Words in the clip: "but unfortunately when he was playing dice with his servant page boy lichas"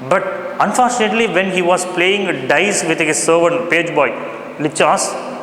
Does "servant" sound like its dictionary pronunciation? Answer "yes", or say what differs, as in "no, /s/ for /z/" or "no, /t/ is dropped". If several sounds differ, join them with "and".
no, /n/ is dropped